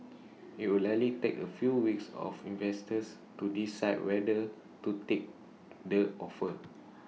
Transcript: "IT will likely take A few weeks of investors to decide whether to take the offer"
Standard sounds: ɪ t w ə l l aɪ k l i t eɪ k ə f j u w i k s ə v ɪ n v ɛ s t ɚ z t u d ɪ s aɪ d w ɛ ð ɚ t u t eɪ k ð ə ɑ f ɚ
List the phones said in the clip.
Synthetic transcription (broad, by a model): ɪ t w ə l l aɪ l i t eɪ k ə f j u w i k s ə f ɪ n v ɛ s t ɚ s t u d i s aɪ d w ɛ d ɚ t u t eɪ k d ə ɑ f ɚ